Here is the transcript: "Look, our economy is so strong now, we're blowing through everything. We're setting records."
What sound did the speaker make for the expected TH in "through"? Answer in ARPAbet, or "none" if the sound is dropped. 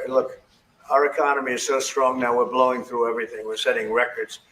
TH